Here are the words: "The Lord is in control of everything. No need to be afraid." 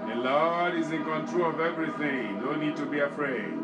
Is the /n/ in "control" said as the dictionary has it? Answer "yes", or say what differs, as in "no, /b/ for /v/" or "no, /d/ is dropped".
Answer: yes